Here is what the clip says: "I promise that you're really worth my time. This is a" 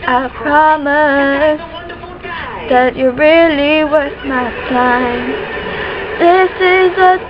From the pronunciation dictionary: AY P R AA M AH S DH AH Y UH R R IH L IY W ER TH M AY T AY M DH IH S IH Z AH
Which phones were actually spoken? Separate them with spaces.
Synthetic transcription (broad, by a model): AY P R AA M AH S DH AH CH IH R R IH L IY W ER S M AY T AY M DH IH S IH Z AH